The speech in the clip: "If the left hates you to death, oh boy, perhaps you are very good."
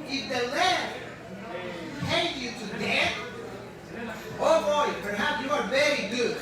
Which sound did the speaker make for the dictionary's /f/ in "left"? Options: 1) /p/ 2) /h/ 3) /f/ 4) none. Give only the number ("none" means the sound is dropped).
4